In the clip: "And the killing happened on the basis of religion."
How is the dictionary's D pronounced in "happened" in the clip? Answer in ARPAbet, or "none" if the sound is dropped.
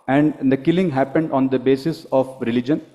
D